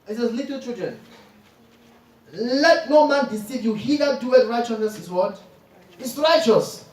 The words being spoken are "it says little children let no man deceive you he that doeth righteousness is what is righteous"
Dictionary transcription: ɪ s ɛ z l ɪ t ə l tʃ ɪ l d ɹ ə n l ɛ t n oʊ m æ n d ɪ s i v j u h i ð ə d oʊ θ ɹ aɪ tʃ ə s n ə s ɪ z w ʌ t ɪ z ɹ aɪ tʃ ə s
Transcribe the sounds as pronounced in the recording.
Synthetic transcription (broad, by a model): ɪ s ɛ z l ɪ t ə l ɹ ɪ d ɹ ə n l ɛ t n oʊ m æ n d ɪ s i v j u h i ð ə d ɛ t ɹ aɪ tʃ ə s n ə s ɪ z w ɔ t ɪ s ɹ aɪ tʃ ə s